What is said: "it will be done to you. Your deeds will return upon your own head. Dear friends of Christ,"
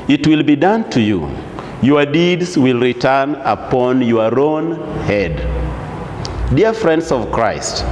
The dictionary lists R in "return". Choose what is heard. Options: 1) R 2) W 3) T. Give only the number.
1